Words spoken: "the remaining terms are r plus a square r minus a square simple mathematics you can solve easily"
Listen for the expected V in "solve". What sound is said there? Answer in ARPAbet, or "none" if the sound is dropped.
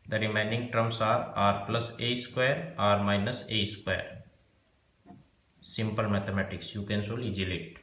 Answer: none